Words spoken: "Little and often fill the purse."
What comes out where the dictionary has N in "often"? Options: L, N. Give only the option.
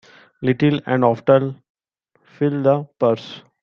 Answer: L